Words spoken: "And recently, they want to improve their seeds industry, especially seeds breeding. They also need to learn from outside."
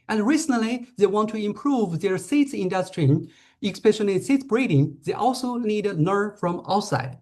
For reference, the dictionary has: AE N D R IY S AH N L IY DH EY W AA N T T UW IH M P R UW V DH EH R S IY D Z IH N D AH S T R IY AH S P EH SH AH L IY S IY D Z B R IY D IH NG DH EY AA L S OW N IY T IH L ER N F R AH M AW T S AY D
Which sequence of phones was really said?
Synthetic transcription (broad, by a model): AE N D R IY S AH N L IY DH EY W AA N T T UW IH M P R UW V DH EH R S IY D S IH N D AH S T R IY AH S P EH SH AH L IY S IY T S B R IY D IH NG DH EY AA L S OW N IY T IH N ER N F R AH M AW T S AY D